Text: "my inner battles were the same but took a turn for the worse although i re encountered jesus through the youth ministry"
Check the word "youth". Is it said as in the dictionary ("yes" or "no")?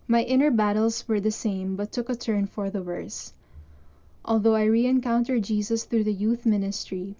yes